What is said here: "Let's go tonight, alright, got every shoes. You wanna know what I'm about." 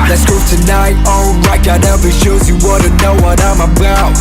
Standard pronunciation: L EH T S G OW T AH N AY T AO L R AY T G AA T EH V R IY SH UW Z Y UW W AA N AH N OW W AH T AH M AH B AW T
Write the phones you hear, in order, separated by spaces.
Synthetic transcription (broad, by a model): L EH T S G OW T AH N AY T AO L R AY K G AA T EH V IY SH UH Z Y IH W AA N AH N OW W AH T AH M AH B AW